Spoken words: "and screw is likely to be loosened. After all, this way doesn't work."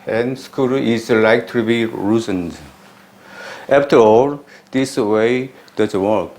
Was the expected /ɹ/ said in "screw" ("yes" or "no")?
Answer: no